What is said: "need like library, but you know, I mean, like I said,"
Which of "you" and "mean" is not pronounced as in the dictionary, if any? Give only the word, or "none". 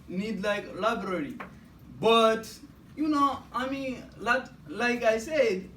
mean